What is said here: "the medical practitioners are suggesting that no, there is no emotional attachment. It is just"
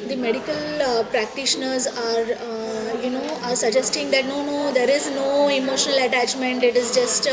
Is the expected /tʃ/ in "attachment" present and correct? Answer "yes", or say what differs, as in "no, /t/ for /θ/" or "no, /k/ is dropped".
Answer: yes